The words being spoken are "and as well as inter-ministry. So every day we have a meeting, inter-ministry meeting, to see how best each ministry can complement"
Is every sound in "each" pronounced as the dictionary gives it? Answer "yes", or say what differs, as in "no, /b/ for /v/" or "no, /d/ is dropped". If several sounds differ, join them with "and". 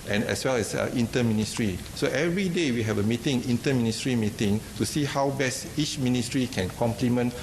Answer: yes